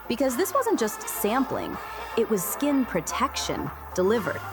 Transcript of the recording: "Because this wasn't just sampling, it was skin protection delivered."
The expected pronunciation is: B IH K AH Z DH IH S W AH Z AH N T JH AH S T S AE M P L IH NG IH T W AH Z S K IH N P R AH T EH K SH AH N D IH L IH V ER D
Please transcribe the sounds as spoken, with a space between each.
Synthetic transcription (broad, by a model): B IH K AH Z DH IH S W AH Z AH N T JH AH S T S AE M P L IH NG IH T W AH Z S K IH N P R AH T EH K SH AH N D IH L IH V ER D